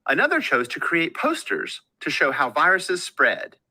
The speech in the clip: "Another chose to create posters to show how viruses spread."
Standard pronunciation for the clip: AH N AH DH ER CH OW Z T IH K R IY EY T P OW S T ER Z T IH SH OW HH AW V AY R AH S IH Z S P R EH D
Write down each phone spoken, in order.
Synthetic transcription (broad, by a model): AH N AH DH ER CH OW Z T IH K R IY EY T P OW S T ER Z T IH SH OW HH AW V AY R AH S IH Z S P R EH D